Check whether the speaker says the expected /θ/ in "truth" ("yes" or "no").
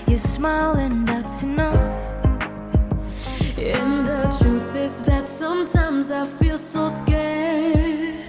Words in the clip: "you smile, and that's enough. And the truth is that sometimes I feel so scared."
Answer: yes